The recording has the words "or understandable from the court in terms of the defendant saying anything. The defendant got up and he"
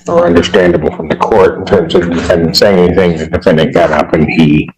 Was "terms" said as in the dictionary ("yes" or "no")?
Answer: yes